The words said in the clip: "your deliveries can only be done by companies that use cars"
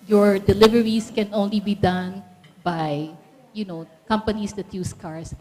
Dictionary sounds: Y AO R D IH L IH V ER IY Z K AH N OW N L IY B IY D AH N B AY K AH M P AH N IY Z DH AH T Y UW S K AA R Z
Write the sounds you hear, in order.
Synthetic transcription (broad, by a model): Y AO R D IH L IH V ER IY S K AH N OW N L IY B IY D AH N B AY K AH M P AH N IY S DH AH T Y UW S K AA R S